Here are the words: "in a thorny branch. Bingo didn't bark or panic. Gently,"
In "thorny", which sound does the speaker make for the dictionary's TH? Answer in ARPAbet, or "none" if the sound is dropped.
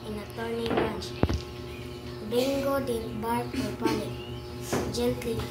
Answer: T